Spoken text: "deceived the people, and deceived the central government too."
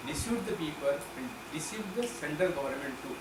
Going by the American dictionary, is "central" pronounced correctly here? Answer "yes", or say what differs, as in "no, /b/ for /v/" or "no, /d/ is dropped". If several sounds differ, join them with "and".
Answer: no, /ɹ/ is dropped